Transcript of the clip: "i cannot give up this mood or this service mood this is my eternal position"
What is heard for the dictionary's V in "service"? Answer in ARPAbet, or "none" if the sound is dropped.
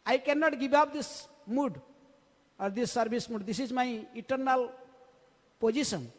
B